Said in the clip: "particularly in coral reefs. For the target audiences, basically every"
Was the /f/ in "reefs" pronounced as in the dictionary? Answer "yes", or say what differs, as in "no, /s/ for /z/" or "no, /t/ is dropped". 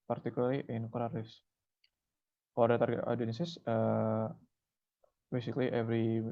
no, /f/ is dropped